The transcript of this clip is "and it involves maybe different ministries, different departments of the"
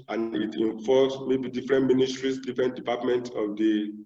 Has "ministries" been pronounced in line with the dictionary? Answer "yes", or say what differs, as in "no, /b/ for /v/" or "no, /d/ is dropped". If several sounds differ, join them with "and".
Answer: no, /s/ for /z/